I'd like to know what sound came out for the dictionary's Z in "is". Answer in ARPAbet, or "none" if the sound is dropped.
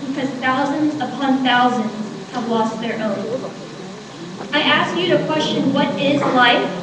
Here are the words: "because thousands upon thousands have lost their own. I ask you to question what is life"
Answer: Z